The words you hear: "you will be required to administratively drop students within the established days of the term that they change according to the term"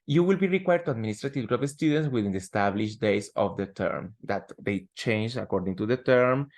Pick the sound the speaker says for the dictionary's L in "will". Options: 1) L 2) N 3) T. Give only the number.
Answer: 1